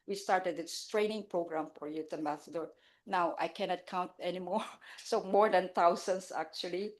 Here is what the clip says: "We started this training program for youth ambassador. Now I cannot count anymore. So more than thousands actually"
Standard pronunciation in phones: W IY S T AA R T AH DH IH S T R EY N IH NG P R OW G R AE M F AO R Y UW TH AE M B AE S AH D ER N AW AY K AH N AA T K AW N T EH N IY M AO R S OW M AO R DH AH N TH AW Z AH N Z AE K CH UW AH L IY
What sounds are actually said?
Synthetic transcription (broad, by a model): W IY S T AA R T AH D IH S T R EY N IH NG P R OW G R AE M F AO R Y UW T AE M B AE S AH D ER N AW AY K AH N AA T K AW N T EH N IY M AO R S OW M AO R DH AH N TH AW S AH N S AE K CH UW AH L IY